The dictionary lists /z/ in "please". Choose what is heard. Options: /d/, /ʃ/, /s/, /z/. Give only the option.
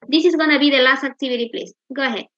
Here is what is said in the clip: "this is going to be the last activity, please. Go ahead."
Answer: /s/